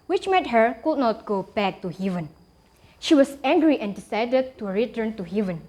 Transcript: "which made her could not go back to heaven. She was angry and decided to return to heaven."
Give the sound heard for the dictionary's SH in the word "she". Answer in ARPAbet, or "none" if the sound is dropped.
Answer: SH